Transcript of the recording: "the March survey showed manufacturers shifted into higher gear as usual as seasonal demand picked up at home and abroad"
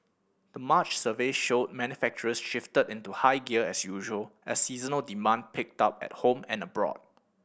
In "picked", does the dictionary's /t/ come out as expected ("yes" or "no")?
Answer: yes